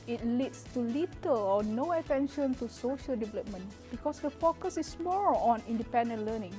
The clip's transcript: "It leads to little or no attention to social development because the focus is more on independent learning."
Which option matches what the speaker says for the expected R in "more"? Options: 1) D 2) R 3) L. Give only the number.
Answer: 3